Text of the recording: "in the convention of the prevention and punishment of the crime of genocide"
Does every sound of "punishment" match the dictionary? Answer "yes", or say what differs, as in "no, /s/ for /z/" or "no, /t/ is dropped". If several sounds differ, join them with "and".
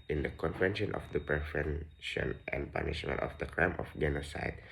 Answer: no, /m/ is dropped